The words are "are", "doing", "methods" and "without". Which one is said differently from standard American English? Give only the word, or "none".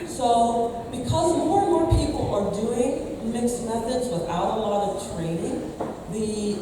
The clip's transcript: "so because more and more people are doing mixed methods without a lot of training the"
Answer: none